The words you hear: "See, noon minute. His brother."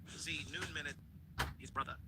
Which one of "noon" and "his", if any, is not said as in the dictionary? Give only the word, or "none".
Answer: none